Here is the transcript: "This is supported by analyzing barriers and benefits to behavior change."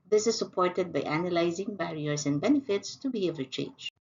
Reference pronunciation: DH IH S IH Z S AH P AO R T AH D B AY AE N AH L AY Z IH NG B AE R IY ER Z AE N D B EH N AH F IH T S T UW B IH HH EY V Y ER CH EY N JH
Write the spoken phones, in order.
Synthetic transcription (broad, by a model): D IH S IH Z S AH P AO R T AH D B AY AE N AH L AY Z IH NG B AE R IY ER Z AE N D B EH N AH F IH T S T UW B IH HH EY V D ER CH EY N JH